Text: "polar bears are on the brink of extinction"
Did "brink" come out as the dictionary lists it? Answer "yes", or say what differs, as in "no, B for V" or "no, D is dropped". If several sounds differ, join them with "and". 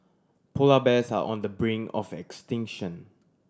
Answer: no, K is dropped